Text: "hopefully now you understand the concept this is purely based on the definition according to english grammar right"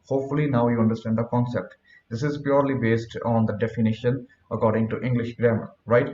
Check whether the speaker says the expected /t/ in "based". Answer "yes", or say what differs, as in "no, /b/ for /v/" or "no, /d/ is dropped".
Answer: yes